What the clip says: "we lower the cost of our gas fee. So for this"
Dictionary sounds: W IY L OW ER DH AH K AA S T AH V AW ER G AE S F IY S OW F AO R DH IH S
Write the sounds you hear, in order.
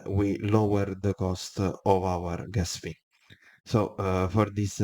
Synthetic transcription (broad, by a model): W IY L OW ER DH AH K AA S T AH V AW ER G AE S P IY S OW F AO R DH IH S